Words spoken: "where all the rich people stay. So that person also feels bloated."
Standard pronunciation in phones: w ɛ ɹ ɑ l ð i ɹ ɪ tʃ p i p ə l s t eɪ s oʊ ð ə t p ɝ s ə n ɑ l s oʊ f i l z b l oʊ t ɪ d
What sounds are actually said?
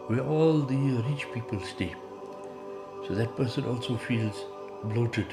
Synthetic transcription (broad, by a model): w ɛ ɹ ɑ l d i ɹ ɪ tʃ p i p ə l s t eɪ s oʊ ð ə t p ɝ s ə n ɑ l s oʊ f i l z b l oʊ t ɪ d